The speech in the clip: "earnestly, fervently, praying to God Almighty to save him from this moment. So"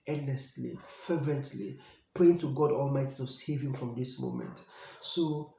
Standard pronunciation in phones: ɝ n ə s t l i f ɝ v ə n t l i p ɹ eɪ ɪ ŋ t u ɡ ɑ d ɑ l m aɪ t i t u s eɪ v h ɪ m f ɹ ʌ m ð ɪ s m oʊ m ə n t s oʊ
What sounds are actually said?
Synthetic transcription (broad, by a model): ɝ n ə s t l i f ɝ v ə n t l i p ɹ eɪ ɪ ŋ t u ɡ ɑ d ɑ l m aɪ t i t u s eɪ v h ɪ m f ɹ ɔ m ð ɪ s m oʊ m ə n t s oʊ